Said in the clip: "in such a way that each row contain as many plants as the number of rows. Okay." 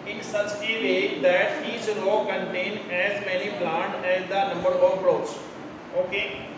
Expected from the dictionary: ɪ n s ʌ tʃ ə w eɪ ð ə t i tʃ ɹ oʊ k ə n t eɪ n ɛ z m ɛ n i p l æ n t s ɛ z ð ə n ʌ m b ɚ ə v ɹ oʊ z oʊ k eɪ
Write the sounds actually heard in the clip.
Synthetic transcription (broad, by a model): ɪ n s ʌ tʃ ə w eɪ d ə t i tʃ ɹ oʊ k ə n t eɪ n ɛ z m ɛ n i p l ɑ n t ɛ z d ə n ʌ m b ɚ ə p ɹ oʊ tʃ oʊ k eɪ